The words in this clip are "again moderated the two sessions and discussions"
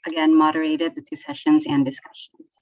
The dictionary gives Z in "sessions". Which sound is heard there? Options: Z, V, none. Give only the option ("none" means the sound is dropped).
Z